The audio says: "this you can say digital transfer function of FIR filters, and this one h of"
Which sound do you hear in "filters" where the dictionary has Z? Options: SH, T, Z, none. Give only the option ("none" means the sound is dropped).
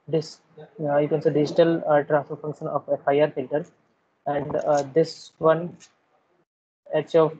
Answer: none